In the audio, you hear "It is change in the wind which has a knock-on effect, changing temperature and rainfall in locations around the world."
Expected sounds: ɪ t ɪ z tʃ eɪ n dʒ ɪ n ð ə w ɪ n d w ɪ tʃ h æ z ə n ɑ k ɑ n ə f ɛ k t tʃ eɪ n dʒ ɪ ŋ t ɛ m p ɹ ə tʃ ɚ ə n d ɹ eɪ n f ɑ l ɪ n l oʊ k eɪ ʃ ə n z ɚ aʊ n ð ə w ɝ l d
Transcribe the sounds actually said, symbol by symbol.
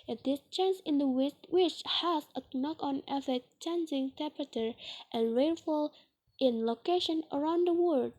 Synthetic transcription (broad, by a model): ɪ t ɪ s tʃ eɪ n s ɪ n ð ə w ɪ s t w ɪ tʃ h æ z ə n ɑ k ɑ n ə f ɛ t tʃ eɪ n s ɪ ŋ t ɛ m p ɹ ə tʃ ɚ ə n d ɹ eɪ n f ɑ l ɪ n l oʊ k eɪ ʃ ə n ɚ aʊ n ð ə w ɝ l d